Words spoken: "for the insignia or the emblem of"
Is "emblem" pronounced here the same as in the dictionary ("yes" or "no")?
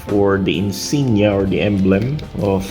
yes